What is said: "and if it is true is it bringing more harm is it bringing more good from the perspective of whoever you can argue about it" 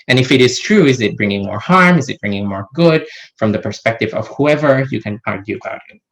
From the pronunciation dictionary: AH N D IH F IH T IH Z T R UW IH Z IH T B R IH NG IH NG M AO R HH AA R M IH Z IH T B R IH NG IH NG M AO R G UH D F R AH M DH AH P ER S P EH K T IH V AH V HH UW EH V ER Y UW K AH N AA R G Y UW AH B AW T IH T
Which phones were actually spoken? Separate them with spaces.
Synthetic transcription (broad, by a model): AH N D IH F IH T IH Z T R UW IH Z IH T B R IH NG IH NG M AO R HH AA R M IH Z IH T B R IH NG IH NG M AO R G UH D F R AH M DH AH P ER S P EH K T IH V AH V HH UW EH V ER Y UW K AH N AA R G Y UW AH B AW T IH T